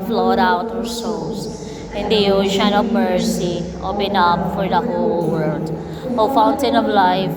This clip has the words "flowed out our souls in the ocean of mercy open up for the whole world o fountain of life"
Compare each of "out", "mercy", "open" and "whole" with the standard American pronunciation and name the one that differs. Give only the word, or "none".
open